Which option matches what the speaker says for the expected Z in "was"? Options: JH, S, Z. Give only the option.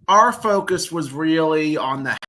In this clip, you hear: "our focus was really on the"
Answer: Z